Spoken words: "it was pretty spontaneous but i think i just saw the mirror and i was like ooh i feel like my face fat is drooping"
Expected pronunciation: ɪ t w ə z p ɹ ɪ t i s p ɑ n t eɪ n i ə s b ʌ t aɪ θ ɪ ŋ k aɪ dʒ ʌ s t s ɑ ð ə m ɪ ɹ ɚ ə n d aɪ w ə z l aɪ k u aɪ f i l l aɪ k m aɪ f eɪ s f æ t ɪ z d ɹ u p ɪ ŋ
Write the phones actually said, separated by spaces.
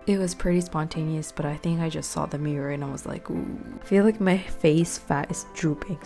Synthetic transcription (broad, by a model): ɪ t w ə z p ɹ ɪ t i s p ɑ n t eɪ n i ə s b ʌ t aɪ θ ɪ ŋ k aɪ dʒ ʌ s t s ɑ ð ə m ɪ ɹ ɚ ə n aɪ w ə z l aɪ k u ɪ f i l l aɪ k m aɪ f eɪ s f æ t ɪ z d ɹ u p ɪ ŋ